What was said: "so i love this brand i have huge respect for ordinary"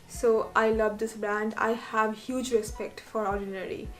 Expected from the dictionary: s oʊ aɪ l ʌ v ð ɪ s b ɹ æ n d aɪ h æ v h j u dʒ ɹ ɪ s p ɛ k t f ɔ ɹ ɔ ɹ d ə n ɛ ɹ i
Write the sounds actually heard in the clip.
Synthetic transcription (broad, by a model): s oʊ aɪ l ʌ v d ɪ s b ɹ æ n d aɪ h æ v h j u dʒ ɹ ɪ s p ɛ k t f ɔ ɹ ɔ ɹ d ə n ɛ ɹ i